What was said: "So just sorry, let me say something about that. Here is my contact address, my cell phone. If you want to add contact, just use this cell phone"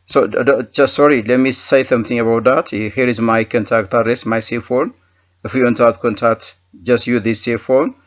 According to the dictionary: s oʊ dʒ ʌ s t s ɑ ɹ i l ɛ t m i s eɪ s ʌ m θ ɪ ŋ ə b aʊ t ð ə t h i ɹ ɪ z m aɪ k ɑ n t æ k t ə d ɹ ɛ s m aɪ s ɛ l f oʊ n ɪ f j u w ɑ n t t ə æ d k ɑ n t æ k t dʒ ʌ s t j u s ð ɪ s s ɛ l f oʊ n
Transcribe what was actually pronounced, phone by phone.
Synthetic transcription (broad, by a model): s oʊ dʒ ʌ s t s ɑ ɹ i l ɛ t m i s eɪ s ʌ m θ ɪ ŋ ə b aʊ t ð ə t h i ɹ ɪ z m aɪ k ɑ n t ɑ k t ə d ɹ ɛ s m aɪ s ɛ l f oʊ n ɪ f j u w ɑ n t t ə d k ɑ n t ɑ k t dʒ ʌ s t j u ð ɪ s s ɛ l f oʊ n